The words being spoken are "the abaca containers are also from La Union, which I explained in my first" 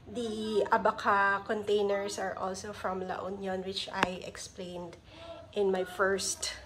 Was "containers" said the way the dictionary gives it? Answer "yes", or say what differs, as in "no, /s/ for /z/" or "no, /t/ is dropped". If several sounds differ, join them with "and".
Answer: no, /s/ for /z/